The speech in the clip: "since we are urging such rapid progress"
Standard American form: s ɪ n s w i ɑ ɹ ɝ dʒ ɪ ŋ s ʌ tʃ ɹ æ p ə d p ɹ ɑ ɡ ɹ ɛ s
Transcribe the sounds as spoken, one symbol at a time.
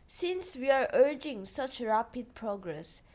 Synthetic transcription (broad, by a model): s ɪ n s w i ɑ ɹ ɝ dʒ ɪ ŋ s ʌ tʃ ɹ æ p ə d p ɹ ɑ ɡ ɹ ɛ s